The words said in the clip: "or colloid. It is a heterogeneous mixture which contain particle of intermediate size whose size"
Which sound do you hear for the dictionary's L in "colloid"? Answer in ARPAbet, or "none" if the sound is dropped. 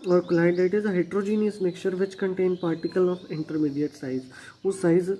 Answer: N